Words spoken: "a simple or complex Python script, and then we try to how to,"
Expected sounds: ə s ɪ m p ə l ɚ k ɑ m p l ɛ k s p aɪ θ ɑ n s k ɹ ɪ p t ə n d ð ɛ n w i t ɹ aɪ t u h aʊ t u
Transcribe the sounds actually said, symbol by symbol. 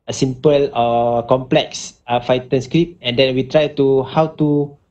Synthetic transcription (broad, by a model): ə s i m p ə l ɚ k ɑ m p l ɛ k s f aɪ t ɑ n s k ɹ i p ə n d ɛ n w i t ɹ aɪ t u h aʊ t u